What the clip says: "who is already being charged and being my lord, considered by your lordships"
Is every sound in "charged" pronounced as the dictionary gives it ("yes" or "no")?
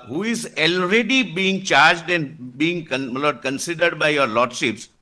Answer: yes